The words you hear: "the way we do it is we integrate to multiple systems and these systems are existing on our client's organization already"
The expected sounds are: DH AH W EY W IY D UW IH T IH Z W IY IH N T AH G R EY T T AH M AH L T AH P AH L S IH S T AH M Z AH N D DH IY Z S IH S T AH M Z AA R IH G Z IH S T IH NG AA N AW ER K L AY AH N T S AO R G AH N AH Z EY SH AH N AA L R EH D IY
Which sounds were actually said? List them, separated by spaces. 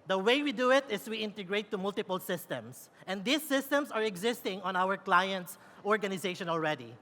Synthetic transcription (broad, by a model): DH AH W EY W IY D UW IH T IH S W IY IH N T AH G R EY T T AH M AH L T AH P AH L S IH S T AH M S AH N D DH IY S IH S T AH M S AA R IH G Z IH S T IH NG AA N AW ER K L AY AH N T S AO R G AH N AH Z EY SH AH N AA L R EH D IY